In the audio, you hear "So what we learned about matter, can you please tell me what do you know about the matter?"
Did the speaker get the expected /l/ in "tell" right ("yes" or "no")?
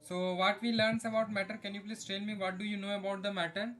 no